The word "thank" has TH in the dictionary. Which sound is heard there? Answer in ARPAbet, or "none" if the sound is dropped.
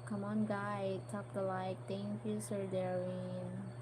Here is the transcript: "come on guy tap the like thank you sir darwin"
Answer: T